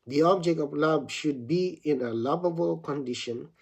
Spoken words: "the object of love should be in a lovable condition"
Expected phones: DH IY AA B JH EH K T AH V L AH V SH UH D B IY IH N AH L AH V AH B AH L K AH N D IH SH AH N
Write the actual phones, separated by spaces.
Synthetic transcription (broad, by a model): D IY AA B JH EH K T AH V L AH B SH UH D B IY IH N AH L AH B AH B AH L K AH N D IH SH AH N